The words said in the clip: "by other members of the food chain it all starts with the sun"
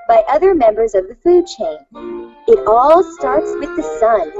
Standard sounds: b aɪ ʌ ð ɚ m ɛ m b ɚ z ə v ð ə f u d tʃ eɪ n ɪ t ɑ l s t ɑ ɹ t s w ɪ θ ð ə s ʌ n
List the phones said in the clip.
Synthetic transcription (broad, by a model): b aɪ ʌ ð ɚ m ɛ m b ɚ z ə v ð ə f u d tʃ eɪ n ɪ t ɑ l s t ɑ ɹ t s w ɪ ð ə s ʌ n